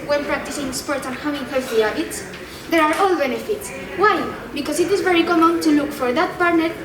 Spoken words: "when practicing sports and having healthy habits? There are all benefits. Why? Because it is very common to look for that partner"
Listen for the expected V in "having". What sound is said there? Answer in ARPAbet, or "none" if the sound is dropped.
W